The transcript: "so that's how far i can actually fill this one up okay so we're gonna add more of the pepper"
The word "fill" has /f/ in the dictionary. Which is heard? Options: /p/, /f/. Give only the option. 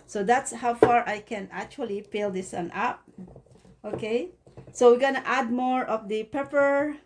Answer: /p/